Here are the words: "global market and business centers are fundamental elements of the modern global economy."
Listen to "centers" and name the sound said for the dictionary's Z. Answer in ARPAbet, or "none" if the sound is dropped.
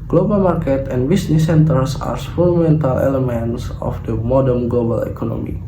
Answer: S